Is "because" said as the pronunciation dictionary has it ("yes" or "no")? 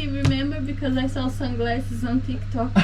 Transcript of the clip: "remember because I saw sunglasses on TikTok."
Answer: yes